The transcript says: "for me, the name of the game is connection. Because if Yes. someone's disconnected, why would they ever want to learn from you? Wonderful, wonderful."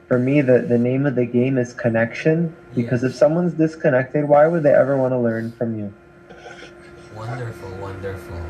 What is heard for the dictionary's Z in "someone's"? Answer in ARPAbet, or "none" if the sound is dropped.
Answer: Z